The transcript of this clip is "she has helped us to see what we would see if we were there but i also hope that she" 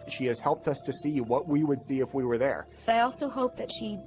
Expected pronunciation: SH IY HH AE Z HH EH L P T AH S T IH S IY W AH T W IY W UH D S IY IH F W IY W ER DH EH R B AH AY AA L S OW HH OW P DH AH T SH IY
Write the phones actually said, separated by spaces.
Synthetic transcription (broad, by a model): SH IY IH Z HH EH L P T AH S T IH S IY W AH T W IY W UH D S IY IH F W IY W ER DH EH R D AY AA L S OW HH OW P DH AH T SH IY